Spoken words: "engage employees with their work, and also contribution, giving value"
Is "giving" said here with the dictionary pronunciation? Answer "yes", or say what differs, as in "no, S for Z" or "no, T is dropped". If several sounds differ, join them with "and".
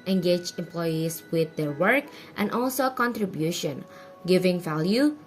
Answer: yes